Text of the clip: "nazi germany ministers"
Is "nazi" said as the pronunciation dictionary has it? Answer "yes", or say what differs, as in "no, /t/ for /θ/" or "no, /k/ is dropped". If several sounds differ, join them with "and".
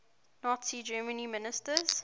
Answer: yes